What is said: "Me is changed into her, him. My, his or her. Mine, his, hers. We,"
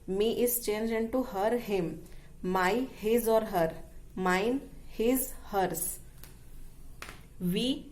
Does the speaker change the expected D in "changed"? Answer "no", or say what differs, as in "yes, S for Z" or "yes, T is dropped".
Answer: yes, D is dropped